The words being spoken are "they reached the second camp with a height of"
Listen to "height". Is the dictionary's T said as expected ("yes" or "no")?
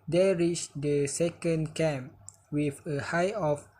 no